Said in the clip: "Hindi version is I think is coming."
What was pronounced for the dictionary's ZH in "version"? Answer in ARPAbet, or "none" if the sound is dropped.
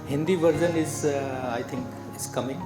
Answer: Z